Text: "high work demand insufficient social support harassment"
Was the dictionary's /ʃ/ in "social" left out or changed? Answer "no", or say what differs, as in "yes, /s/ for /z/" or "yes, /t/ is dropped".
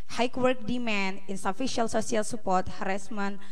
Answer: yes, /s/ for /ʃ/